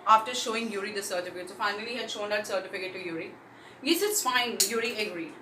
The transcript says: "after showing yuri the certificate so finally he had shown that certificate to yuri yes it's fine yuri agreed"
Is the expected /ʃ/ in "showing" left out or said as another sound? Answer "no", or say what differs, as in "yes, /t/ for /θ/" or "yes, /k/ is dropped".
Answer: no